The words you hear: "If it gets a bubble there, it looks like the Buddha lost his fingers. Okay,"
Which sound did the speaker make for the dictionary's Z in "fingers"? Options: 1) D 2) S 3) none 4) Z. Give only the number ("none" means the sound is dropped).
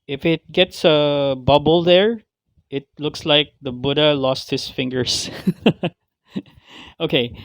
2